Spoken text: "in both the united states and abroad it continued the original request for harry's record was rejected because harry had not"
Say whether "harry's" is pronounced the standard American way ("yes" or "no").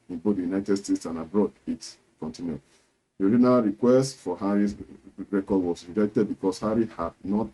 no